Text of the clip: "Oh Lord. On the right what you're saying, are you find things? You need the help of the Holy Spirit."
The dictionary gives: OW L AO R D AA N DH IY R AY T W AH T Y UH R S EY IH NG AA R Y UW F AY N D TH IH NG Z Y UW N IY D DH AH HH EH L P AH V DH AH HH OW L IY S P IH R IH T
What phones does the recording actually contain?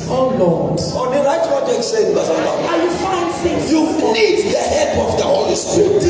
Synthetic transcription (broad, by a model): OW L AO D AA N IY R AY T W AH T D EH S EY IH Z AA L Y UW F AY N D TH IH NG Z Y UW N IY D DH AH HH EH L P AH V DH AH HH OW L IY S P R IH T